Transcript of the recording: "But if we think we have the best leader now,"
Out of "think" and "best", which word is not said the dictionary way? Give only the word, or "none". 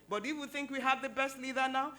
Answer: none